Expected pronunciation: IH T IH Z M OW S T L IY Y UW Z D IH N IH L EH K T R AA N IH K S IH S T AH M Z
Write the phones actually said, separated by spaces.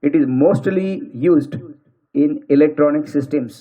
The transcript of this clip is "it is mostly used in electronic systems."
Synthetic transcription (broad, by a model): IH T IH Z M OW S T L IY Y UW Z D IH N IH L EH K T R AA N IH K S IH S T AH M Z